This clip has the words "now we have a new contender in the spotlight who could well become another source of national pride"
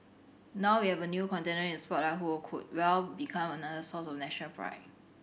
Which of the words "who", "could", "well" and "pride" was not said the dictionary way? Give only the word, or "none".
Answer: pride